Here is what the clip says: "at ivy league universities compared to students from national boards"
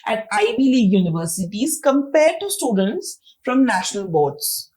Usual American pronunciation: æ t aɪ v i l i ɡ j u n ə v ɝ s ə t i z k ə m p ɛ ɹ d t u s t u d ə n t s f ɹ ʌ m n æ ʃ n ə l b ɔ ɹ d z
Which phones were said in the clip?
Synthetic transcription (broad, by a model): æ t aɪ b i l i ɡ j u n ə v ɝ s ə t i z k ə m p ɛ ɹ d t u s t u d ə n t s f ɹ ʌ m n æ ʃ n ə l b ɔ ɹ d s